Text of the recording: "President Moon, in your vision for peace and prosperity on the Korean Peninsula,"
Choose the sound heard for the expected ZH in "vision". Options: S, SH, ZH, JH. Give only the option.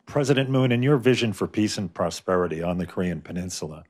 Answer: ZH